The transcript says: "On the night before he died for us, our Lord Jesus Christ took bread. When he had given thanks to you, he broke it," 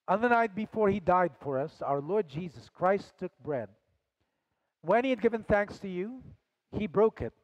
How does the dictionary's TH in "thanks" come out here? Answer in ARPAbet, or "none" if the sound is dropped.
TH